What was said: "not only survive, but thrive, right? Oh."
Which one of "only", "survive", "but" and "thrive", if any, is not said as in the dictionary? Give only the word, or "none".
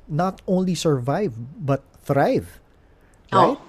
none